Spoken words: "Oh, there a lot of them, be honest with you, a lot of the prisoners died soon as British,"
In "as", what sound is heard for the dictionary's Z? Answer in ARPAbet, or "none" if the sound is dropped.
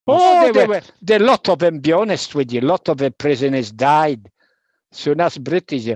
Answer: S